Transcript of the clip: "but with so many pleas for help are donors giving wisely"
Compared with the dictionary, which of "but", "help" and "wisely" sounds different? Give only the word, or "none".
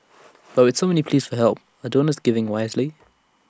none